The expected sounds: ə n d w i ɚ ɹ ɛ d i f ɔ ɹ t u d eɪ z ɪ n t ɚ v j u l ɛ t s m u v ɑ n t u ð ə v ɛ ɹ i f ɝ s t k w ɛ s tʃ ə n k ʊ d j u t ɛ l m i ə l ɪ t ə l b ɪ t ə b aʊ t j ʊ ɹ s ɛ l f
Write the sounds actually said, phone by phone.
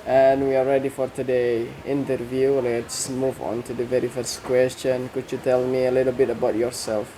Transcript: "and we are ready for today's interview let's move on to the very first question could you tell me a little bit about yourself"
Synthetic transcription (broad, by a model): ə n w i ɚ ɹ ɛ d i f ɔ ɹ t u d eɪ ɪ n t ɚ v j u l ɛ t s m u v ɑ n t u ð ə v ɛ ɹ i f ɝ s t k w ɛ s tʃ ə n k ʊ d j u t ɛ l m i ə l ɪ t ə l b ɪ t ə b aʊ t j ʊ ɹ s ɛ l f